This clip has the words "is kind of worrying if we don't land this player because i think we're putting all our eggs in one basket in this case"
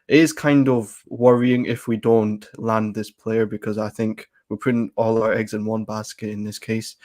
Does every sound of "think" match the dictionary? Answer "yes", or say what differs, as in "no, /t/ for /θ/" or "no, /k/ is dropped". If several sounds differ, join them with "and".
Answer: yes